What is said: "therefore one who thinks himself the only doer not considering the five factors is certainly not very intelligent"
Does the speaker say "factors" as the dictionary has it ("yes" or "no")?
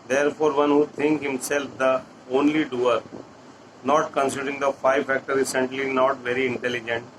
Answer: no